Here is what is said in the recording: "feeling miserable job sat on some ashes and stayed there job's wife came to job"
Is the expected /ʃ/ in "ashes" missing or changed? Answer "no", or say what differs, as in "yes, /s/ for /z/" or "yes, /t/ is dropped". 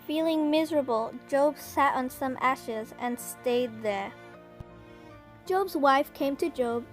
no